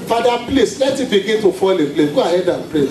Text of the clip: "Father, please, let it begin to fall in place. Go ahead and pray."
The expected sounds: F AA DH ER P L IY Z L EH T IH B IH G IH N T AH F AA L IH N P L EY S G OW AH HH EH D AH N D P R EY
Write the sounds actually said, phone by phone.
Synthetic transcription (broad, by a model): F AA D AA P L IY S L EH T IH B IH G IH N T AH F AA L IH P L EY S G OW AH HH EH D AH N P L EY